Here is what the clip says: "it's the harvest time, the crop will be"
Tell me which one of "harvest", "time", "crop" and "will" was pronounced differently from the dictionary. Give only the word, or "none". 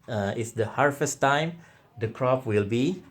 harvest